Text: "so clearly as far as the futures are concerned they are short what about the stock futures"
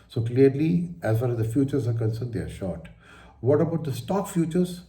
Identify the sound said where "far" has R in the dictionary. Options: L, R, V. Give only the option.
L